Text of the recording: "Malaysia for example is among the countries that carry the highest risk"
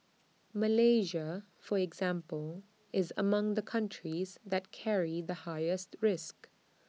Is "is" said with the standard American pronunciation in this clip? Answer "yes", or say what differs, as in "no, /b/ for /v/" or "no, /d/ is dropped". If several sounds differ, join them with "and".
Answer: yes